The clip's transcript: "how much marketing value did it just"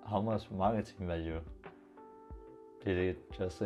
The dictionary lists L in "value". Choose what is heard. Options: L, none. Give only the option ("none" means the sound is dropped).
none